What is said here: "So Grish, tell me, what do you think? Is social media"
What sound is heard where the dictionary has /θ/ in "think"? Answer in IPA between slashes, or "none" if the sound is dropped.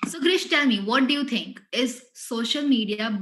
/t/